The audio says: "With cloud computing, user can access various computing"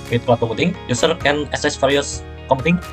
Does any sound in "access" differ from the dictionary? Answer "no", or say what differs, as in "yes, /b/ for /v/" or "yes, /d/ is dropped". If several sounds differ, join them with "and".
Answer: yes, /k/ is dropped